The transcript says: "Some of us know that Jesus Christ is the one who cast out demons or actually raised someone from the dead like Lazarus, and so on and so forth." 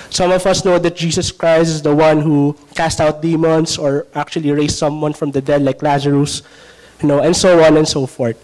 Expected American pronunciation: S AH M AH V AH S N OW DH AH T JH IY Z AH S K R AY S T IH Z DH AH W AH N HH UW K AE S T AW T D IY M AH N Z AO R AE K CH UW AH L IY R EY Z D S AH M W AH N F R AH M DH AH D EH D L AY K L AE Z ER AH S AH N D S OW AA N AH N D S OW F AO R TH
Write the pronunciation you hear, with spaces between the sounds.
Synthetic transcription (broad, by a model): S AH M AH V AH S N OW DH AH T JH IY S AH S K R AY S T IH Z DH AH W AH N HH UW K AE S T AW T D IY M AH N S AO R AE K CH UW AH L IY R EY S S AH M W AH N F R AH M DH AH D EH D L AY K L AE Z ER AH S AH N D S OW AA N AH N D S OW F AO R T